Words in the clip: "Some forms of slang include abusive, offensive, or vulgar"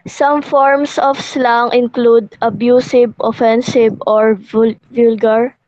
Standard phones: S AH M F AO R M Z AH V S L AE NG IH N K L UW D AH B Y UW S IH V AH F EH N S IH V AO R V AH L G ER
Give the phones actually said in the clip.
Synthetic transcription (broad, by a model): S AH M F AO R M S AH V S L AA NG IH N K L UW D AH B Y UW S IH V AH F EH N S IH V AO R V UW L G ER